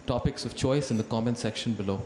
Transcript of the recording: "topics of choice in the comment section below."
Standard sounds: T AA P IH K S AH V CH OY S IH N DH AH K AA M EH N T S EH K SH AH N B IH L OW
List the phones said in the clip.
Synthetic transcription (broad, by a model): T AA P IH K S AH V CH OY S IH N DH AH K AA M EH N S EH K SH AH N B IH L OW